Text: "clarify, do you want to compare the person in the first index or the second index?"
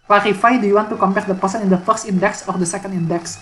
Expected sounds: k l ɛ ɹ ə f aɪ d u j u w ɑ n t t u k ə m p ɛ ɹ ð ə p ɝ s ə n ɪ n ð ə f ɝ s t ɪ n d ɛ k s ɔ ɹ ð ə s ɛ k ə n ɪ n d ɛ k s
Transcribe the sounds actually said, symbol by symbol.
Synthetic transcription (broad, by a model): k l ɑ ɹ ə f aɪ d u j u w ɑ n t t u k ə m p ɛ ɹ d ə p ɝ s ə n ɪ n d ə f ɝ s t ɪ n d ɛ k s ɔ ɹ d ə s ɛ k ə n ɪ n d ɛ k s